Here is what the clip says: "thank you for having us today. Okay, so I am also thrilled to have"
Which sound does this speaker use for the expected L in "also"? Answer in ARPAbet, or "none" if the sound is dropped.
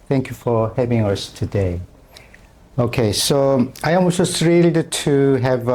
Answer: none